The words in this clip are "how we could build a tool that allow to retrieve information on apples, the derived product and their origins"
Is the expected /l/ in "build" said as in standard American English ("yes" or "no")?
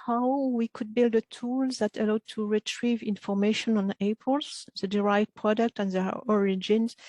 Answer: yes